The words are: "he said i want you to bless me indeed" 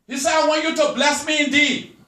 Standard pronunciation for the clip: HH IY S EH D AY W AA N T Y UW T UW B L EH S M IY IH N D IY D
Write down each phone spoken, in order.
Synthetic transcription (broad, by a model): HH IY S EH AY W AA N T Y UW T UW B L EH S M IY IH N D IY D